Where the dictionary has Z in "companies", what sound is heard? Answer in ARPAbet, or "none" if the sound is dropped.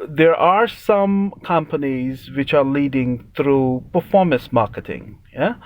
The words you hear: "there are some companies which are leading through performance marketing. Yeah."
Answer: Z